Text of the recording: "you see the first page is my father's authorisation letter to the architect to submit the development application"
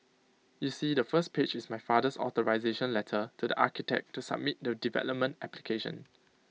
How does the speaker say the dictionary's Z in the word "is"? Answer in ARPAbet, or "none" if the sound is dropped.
S